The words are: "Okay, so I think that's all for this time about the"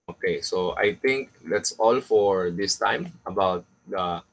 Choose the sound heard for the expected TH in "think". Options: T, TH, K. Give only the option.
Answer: T